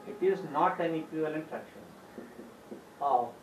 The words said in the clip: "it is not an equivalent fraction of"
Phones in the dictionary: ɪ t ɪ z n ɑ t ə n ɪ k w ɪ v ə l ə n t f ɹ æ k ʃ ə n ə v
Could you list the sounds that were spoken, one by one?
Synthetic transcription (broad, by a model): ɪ t ɪ z n ɑ t ə n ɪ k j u ə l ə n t ɹ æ k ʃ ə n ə